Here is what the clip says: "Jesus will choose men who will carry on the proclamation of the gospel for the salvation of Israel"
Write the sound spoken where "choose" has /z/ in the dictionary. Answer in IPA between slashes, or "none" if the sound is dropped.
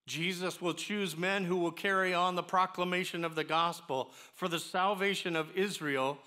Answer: /z/